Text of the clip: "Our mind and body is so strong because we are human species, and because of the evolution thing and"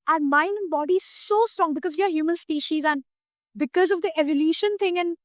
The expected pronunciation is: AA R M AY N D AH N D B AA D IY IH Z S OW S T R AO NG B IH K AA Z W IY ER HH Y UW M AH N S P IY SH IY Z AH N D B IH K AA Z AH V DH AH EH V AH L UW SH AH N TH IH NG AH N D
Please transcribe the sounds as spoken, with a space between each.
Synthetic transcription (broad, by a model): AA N M AY N D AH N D B AA D IY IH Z S OW S T R AO NG B IH K AA Z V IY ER HH Y UW M AH N S P IY SH IY Z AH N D B IH K AA Z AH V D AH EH V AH L UW SH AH N T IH NG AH N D